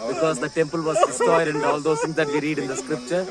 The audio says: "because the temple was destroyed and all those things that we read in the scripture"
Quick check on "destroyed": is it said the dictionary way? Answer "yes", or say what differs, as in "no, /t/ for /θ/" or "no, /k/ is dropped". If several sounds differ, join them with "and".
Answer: no, /ɹ/ is dropped